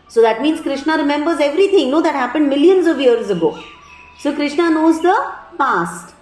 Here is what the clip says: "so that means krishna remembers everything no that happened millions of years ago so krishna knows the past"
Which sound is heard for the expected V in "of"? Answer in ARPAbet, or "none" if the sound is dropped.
V